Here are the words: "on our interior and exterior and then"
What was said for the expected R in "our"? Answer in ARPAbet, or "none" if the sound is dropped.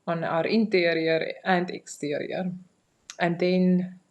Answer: R